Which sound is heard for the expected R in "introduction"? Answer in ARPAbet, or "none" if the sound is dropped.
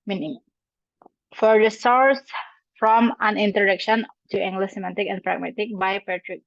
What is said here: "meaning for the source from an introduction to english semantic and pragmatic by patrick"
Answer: none